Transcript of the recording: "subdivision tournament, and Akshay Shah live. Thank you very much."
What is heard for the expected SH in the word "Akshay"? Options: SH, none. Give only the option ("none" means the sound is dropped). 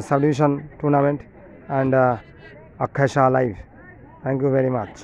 none